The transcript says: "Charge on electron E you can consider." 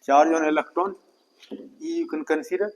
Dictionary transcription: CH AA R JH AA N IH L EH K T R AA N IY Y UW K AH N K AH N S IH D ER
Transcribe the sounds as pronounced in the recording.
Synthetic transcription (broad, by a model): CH AA R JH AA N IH L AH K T AA N IY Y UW K AH N K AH N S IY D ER